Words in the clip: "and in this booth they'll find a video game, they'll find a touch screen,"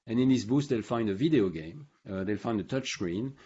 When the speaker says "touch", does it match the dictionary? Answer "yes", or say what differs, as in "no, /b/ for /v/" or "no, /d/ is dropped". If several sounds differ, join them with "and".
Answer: yes